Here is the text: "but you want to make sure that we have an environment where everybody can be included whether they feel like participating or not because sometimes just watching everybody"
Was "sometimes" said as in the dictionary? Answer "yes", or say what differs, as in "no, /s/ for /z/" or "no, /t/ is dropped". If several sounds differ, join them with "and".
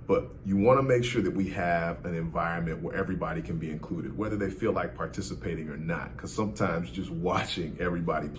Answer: yes